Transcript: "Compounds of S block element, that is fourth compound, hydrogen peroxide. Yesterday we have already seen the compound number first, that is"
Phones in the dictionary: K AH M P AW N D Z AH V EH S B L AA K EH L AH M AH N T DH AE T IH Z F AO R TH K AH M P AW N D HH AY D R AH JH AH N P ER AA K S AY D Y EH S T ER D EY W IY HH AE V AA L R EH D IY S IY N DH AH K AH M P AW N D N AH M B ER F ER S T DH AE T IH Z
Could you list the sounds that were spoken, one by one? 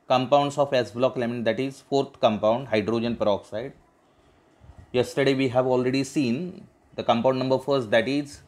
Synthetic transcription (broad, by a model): K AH M P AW N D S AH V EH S B L AA K L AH M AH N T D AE T IH Z F AO R T K AH M P AW N D HH AY D R AH JH AH N P ER AA K S AY D Y EH S T ER D EY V IY HH AE V AA L R EH D IY S IY N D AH K AH M P AW N D N AH M B ER F ER S T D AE T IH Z